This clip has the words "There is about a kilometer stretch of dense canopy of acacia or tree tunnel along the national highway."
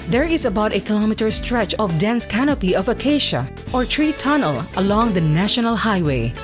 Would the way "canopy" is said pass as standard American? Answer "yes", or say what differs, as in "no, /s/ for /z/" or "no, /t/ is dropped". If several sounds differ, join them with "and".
yes